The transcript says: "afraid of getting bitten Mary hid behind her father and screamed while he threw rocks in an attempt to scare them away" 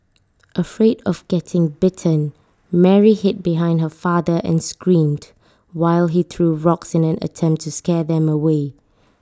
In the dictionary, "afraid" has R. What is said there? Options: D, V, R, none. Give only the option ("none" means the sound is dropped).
R